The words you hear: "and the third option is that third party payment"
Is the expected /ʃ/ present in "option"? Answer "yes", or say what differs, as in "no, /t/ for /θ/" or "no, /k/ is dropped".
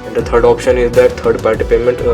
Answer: yes